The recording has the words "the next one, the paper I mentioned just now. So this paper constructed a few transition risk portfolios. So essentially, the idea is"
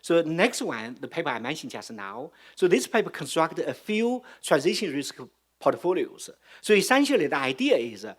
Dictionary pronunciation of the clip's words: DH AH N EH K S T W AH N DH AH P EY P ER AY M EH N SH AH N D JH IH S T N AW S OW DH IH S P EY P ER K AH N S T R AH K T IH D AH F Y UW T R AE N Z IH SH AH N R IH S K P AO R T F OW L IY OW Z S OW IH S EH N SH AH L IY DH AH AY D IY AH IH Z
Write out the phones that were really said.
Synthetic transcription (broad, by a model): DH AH N EH K S T W AH N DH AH P EY P ER AY M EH N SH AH N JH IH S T N AW S OW DH IH S P EY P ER K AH N S T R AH K T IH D AH F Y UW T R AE N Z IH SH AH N R IH S K P AO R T F OW L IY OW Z S OW IH S EH N SH AH L IY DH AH AY D IY AH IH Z